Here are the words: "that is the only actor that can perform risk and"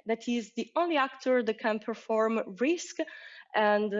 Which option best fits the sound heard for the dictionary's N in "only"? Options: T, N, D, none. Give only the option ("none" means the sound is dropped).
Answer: N